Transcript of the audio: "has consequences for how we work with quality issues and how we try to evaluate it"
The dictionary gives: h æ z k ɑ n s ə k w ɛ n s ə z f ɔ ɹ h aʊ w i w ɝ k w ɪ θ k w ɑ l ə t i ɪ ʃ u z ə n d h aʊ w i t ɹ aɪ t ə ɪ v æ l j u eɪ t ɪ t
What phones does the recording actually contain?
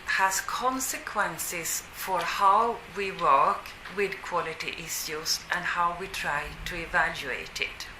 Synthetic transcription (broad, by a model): h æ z k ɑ n s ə k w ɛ n s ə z f ɔ ɹ h aʊ w i w ɝ k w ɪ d k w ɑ l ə t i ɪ s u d ə n d h aʊ w i t ɹ aɪ t ə ɪ v æ l j u eɪ t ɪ t